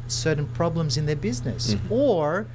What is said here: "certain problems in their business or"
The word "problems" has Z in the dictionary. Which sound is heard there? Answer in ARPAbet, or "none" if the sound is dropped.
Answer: Z